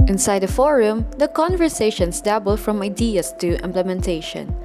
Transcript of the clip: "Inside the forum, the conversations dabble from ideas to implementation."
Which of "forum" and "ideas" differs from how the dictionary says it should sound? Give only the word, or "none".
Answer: ideas